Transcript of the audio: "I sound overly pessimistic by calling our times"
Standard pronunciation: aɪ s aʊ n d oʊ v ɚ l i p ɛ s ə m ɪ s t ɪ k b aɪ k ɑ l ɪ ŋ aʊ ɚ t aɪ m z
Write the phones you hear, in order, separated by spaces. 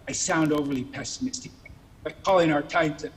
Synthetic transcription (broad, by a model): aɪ s aʊ n d oʊ v ɚ l i p ɛ s ə m ɪ s t ɪ k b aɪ k ɑ l ɪ ŋ aʊ ɚ t aɪ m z